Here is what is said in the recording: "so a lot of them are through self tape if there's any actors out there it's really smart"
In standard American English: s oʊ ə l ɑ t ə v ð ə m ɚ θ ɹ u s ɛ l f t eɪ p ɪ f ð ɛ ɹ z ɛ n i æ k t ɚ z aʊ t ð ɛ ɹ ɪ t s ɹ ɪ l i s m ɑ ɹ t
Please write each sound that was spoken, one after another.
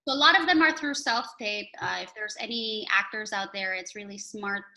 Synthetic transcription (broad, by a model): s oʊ ə l ɑ t ə v ð ə m ɚ θ ɹ u s ɛ l f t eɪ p ɪ f ð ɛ ɹ z ɛ n i æ k t ɚ z aʊ t ð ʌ ɹ ɪ t s ɹ ɪ l i s m ɑ ɹ t